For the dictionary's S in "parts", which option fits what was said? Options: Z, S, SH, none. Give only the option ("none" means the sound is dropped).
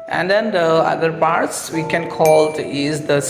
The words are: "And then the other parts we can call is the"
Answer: S